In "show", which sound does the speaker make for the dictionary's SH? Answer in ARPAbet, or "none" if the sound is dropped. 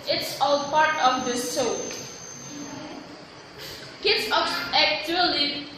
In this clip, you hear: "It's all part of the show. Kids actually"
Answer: S